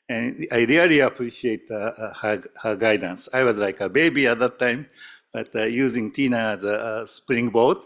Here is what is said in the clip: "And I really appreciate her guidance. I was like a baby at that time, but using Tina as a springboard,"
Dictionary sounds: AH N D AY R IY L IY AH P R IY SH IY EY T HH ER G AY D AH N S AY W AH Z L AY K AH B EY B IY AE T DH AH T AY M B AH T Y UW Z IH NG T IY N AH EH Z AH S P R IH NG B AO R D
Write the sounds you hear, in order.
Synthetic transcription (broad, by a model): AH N AY R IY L IY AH P R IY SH IY EY T HH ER G AY D AH N S AY W AH Z L AY K AH B EY B IY AE T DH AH T AY M B AH T Y UW Z IH NG T IY N AH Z AH S P R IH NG B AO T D